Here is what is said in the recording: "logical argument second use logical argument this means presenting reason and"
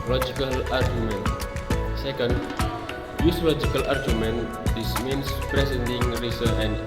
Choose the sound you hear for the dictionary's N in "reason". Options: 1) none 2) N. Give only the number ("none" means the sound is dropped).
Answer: 1